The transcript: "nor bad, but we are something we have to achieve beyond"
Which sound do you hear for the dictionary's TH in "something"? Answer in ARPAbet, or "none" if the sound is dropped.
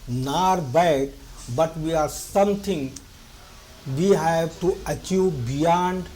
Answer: T